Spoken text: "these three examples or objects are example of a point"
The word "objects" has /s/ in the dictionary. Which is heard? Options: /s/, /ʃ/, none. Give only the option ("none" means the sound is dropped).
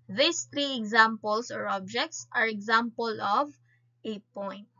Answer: /s/